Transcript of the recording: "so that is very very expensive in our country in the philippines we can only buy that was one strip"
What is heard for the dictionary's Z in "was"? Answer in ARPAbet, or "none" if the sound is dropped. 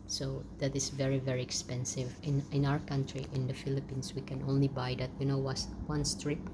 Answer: S